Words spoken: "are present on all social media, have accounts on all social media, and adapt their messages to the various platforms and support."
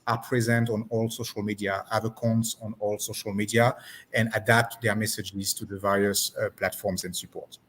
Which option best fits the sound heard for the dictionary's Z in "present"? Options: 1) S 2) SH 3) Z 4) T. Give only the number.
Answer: 3